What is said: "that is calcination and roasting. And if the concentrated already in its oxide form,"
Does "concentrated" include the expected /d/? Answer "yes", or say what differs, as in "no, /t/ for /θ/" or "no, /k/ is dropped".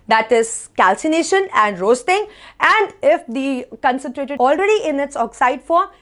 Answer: no, /d/ is dropped